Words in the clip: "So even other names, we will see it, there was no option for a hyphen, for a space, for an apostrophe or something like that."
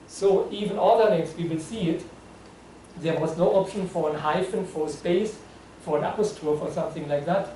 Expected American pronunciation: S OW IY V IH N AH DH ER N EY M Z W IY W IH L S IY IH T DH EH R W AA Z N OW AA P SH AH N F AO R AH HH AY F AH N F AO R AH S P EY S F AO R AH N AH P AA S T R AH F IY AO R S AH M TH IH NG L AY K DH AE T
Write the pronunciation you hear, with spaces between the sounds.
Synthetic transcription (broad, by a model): S OW IY V IH N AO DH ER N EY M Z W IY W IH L S IY IH T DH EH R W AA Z N OW AA P SH AH N F AO R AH HH AY F AH N F AO R AH S P EY S F AO R AH N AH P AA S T AH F AO R S AH M TH IH NG L AY K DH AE T